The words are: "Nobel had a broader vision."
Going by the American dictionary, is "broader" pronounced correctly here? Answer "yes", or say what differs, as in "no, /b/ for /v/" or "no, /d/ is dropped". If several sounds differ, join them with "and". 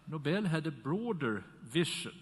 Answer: yes